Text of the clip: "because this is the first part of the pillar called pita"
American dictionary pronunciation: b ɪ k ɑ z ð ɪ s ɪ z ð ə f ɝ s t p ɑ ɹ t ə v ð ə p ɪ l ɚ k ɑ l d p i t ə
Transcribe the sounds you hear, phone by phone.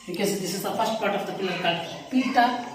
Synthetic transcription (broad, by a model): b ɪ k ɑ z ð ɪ s ɪ z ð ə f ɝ s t p ɑ ɹ t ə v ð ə p ɪ l ɚ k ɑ d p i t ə